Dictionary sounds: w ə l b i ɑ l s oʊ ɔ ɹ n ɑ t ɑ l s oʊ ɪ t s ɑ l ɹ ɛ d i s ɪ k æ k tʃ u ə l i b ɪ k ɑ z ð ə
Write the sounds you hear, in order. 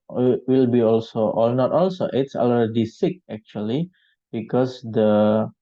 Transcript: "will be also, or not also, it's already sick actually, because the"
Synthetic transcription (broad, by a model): w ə l b i ɑ l s oʊ ɔ l n ɑ t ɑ l s oʊ ɪ t s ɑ l ɛ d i s ɪ k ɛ k tʃ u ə l i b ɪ k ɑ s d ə